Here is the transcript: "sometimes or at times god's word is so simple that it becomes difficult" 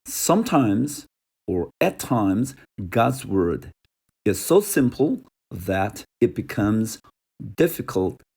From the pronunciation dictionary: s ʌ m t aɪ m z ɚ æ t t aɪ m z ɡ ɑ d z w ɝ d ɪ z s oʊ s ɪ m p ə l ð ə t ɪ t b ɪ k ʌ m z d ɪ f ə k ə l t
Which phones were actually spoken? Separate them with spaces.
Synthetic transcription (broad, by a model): s ʌ m t aɪ m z ɚ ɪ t t aɪ m z ɡ ɑ d z w ɝ d ɪ z s oʊ s ɪ m p l ð ə t ɪ t b ɪ k ʌ m z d ɪ f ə k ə l t